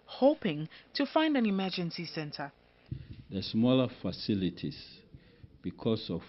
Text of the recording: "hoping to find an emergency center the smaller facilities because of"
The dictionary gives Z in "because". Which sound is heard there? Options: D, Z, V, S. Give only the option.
S